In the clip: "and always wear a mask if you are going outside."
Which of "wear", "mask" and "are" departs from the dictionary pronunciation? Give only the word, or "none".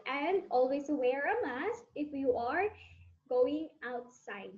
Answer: mask